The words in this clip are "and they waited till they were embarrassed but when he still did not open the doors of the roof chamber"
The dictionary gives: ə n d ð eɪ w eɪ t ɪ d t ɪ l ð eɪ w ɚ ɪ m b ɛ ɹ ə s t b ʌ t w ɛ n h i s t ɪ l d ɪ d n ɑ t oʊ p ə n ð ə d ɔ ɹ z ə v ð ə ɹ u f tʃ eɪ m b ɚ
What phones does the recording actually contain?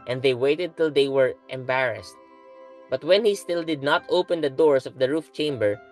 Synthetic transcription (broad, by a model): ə n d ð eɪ w eɪ t ɪ d t ɪ l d eɪ w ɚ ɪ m b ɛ ɹ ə s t b ʌ t w ɛ n h i s t ɪ l d ɪ d n ɑ t oʊ p ə n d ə d ɔ ɹ s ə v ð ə ɹ u f tʃ eɪ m b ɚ